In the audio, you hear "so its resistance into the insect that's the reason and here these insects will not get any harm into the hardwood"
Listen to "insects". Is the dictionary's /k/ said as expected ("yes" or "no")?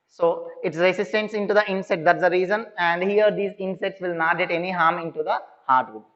no